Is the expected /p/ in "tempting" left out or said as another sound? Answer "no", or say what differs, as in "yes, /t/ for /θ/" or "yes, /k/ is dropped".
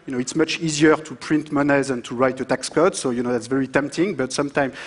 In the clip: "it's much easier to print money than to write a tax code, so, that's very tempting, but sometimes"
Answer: no